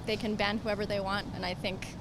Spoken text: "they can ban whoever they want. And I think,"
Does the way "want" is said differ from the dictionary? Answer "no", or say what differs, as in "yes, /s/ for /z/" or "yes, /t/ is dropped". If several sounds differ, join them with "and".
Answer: no